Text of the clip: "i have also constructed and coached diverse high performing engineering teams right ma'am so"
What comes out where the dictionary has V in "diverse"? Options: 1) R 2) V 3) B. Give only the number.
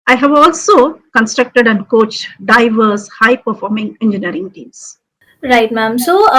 2